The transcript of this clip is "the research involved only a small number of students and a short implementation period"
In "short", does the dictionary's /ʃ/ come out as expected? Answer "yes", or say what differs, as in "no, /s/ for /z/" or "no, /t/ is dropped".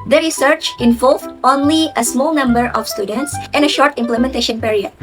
yes